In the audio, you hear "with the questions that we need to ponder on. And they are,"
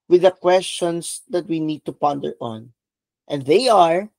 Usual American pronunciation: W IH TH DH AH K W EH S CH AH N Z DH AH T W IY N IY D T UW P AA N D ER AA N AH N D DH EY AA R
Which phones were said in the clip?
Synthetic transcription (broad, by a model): W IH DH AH K W EH S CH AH N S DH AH T W IY N IY D T UW P AA N D ER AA N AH N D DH EY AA R